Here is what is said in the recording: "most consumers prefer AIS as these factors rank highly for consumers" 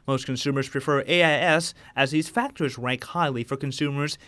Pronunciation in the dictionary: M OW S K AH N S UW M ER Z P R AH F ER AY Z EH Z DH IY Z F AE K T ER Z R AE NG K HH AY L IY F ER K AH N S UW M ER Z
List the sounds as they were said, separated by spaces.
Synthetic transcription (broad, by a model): M OW S K AH N S UW M ER Z P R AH F ER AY S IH Z DH IY Z F AE K T ER Z R AE NG K HH AY L IY F ER K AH N S UW M ER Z